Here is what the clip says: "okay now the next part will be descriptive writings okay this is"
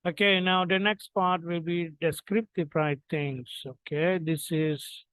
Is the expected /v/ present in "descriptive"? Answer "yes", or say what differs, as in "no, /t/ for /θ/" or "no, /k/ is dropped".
no, /p/ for /v/